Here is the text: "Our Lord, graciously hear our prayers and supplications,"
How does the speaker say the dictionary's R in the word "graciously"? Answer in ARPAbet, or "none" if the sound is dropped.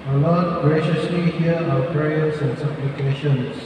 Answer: R